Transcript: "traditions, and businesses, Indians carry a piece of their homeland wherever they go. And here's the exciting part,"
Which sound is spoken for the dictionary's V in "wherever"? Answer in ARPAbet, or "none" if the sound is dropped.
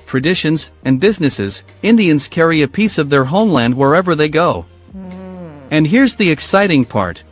V